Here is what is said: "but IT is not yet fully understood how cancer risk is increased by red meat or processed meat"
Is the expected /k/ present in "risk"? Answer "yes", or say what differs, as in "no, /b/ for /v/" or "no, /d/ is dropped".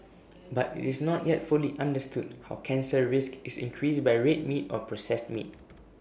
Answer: yes